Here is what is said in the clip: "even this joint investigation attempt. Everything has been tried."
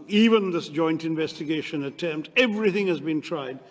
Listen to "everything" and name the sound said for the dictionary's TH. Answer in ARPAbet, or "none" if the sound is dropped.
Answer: TH